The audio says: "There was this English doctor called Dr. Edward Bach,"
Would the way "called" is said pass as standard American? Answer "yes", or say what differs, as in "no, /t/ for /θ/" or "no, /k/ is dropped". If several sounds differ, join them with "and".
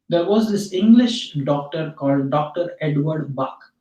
yes